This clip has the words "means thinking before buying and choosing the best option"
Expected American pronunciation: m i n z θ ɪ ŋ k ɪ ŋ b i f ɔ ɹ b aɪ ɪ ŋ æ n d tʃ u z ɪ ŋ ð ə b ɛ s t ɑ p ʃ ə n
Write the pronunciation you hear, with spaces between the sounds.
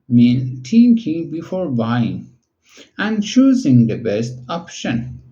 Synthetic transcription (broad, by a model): m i n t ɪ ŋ k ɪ ŋ b i f ɔ ɹ b aɪ ɪ ŋ æ n d tʃ u z ɪ ŋ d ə b ɛ s t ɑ p ʃ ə n